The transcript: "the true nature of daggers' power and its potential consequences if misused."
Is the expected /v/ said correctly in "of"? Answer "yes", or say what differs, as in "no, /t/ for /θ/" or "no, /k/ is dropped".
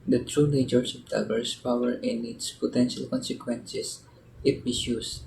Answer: no, /p/ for /v/